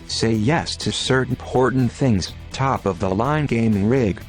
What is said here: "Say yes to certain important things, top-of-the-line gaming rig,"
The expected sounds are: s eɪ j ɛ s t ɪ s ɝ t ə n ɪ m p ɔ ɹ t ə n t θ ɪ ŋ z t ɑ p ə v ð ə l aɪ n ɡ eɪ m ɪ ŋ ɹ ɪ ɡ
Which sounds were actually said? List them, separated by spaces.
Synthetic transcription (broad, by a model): s eɪ j ɛ s t ɪ s ɝ t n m p ɔ ɹ t n θ ɪ ŋ z t ɑ p ə v ð ə l aɪ n ɡ eɪ m ɪ ŋ ɹ ɪ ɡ